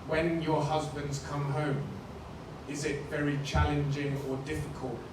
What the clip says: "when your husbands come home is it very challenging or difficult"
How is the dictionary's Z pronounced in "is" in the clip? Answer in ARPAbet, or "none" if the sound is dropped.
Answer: Z